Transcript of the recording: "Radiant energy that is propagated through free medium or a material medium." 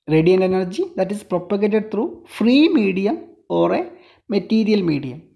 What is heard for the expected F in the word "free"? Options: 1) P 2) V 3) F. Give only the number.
3